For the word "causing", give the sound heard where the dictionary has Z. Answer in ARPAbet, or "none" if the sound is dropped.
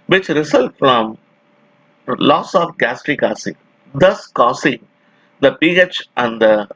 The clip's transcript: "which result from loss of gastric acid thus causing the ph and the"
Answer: S